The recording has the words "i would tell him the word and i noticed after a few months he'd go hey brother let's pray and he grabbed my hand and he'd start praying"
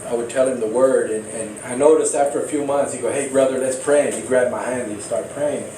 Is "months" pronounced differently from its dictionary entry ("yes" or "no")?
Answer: no